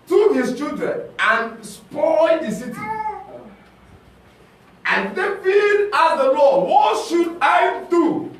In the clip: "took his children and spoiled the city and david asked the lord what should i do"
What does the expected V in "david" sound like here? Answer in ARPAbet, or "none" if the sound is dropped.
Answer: F